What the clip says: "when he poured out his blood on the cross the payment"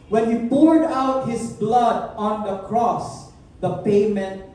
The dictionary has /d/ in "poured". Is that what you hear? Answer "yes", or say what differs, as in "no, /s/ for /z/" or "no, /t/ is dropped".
yes